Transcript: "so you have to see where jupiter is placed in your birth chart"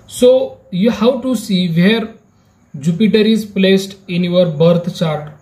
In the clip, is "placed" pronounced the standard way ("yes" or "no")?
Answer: yes